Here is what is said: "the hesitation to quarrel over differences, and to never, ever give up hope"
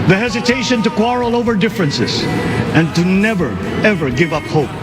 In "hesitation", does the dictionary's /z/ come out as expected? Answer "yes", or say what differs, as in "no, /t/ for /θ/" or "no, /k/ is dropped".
yes